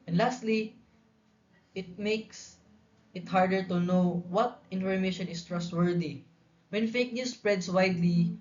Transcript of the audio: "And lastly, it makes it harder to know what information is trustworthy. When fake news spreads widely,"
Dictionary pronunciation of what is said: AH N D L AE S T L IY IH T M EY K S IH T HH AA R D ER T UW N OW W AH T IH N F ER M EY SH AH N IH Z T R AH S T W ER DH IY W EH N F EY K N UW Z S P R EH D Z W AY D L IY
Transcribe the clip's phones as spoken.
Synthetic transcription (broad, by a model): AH N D L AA S T L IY IH T M EY K S IH T HH AA R D ER T UW N OW W AH T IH N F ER M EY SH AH N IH S T R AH S T W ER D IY W EH N F EY K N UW S P R EH D S W AY D L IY